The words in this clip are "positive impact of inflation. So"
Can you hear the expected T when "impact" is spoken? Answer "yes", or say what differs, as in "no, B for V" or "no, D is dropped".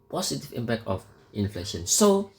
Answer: no, T is dropped